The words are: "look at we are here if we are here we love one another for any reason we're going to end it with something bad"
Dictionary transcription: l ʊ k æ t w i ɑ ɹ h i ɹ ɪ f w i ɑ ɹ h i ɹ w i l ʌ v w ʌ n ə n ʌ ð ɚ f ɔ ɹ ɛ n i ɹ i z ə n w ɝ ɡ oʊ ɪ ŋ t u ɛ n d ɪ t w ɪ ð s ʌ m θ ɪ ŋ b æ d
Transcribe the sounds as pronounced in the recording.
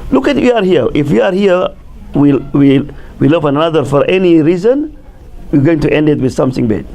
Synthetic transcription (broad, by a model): l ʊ k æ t w i ɑ ɹ h i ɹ ɪ f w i ɑ ɹ h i w w i l ʌ v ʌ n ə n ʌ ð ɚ f ɔ ɹ ɛ n i ɹ i z ə n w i ɡ oʊ ɪ ŋ t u ɛ n d ɪ t w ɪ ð s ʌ m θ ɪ ŋ b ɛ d